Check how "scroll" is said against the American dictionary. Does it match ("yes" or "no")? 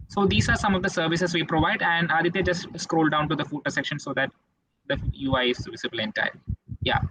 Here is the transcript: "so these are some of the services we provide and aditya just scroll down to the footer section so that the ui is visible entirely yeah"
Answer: yes